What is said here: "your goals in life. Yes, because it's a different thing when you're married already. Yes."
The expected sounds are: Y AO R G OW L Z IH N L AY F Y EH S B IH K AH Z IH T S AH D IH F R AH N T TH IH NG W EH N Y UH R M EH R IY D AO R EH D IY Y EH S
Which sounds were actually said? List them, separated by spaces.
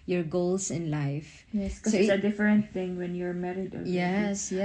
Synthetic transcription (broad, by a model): Y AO R G OW L S IH N L AY F Y EH S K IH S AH IH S AH D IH F R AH N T TH IH NG W EH N Y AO R M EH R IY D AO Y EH S